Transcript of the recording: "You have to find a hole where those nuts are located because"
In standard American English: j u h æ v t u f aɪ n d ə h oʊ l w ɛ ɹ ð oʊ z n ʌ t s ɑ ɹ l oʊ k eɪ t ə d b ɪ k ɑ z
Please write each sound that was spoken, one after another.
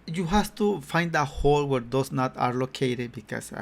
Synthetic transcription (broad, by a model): j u h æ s t u f aɪ n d ə h oʊ l w ɛ ɹ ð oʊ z n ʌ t ɑ ɹ l oʊ k eɪ t ə d b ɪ k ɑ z